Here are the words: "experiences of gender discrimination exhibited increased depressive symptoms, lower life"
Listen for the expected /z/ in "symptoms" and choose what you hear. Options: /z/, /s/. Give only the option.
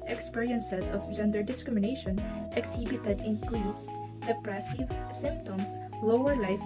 /s/